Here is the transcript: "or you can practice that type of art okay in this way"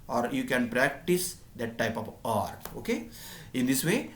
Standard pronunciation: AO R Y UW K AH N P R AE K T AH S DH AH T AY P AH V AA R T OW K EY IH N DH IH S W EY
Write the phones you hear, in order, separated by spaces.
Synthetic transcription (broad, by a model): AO R Y UW K AH N P R AE K T AH S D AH T AY P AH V AA R T OW K EY IH N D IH S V EY